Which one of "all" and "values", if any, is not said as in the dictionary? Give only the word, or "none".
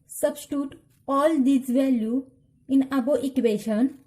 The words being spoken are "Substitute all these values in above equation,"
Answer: values